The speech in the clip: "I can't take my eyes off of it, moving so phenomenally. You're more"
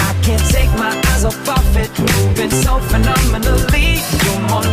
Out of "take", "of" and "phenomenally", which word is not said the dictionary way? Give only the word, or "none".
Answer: of